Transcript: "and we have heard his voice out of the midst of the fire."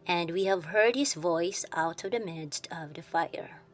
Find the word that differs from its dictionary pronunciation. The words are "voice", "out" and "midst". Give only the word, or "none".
none